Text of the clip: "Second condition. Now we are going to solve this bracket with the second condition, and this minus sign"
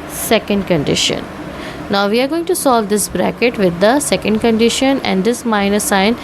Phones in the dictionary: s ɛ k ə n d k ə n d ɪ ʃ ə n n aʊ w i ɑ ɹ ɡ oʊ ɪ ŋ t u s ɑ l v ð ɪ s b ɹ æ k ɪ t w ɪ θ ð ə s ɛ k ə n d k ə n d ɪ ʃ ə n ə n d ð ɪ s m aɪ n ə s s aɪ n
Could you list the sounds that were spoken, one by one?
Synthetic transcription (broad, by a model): s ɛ k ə n d k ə n d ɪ ʃ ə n n aʊ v i ɑ ɹ ɡ oʊ ɪ ŋ t u s ɑ l v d ɪ s b ɹ æ k ɪ t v ɪ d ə s ɛ k ə n d k ə n d ɪ ʃ ə n ə n d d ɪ s m aɪ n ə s s aɪ n